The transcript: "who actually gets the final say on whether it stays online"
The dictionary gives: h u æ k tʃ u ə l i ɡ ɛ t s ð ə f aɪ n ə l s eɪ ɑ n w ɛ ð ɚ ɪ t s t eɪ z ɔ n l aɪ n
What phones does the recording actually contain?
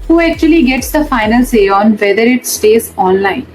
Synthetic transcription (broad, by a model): h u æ k tʃ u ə l i ɡ ɛ t s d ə f aɪ n ə l s eɪ ɑ n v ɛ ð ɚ ɪ t s t eɪ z ɔ n l aɪ n